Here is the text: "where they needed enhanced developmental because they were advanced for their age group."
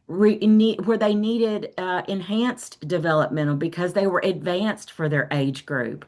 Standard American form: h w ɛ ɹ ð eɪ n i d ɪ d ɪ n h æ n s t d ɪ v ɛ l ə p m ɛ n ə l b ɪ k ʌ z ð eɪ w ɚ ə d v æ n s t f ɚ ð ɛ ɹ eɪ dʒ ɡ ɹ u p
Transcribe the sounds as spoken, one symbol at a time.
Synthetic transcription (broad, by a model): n w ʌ ɹ ð eɪ n i d ɪ d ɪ n h æ n s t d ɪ v ɛ l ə p m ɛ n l b ɪ k ʌ z ð eɪ w ɚ ə d v æ n s t f ɚ ð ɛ ɹ eɪ dʒ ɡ ɹ u p